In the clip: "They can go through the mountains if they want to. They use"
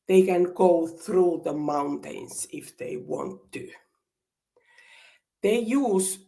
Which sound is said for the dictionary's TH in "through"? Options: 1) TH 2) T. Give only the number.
1